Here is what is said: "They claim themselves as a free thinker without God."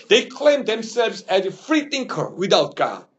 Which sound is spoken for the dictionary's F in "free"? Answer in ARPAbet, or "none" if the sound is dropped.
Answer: F